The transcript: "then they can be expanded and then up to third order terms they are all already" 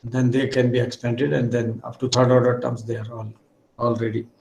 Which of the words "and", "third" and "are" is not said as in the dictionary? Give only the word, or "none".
third